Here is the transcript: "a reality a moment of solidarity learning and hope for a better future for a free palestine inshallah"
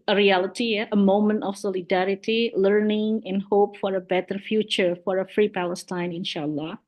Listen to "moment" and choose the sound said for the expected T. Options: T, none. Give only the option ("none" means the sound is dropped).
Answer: T